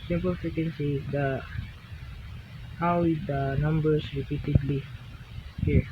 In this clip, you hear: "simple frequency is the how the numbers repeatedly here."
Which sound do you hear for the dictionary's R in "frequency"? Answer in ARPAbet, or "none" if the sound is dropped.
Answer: none